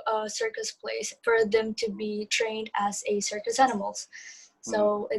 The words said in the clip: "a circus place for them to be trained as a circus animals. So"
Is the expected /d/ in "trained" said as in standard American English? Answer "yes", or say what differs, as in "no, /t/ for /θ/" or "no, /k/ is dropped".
yes